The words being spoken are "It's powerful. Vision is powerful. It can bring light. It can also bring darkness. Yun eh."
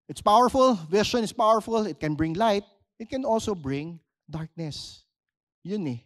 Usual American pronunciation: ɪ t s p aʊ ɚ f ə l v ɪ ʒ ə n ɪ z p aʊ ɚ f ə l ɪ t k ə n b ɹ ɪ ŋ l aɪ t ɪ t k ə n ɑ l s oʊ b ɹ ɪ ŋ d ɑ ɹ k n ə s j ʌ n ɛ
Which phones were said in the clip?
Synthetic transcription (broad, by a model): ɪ t s p aʊ ɚ f ə l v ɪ ʃ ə n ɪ s p aʊ ɚ f ə l ɪ t k ə n b ɹ ɪ ŋ l aɪ t ɪ t k ə n ɑ l s oʊ b ɹ ɪ ŋ d ɑ ɹ k n ə s j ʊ n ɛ